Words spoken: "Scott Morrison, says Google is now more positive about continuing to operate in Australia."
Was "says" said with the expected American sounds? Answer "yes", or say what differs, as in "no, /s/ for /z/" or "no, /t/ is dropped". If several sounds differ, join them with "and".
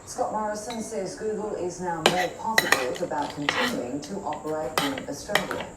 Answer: yes